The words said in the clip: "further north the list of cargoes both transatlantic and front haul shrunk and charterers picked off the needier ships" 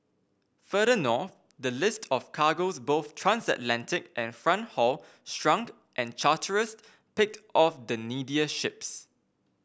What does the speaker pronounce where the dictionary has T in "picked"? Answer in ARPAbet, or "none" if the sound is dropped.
T